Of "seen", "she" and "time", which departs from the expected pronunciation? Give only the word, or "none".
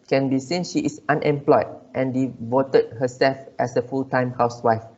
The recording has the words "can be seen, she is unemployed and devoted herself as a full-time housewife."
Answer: none